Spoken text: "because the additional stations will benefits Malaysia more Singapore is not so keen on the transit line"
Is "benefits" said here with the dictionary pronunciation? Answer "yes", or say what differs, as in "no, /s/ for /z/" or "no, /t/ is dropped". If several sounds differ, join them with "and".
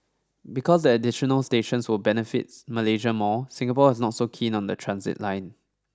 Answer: no, /s/ is dropped